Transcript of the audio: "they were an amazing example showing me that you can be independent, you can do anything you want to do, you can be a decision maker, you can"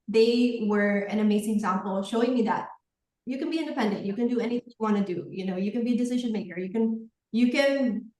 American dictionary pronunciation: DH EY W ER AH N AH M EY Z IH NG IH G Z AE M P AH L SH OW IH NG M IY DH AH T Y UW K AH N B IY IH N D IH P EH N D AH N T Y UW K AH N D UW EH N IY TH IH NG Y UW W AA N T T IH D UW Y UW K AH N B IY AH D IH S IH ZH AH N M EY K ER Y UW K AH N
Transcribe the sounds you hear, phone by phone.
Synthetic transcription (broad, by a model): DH EY W ER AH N AH M EY Z IH NG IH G Z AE M P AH L SH OW IH NG M IY DH AH T Y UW K AH N B IY IH N D IH P EH N D AH N T Y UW K AH N D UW EH N IY TH IH NG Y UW W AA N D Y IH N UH Y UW K AH N B IY AH D IH S IH ZH AH N M EY K ER Y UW K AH N